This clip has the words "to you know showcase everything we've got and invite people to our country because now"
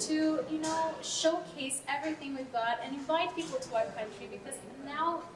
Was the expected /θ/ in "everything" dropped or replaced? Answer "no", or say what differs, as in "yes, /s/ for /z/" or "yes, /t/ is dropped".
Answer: no